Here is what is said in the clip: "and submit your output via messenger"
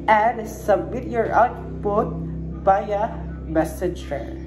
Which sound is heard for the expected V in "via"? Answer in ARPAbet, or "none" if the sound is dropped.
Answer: P